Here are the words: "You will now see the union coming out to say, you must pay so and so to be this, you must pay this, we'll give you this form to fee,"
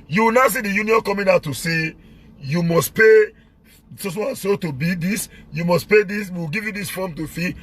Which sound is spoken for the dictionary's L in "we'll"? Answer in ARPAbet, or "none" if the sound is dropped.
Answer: W